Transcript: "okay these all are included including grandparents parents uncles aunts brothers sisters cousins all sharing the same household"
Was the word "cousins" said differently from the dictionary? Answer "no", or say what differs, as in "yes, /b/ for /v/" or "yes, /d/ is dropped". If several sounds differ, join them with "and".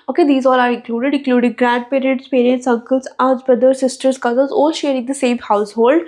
yes, /l/ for /n/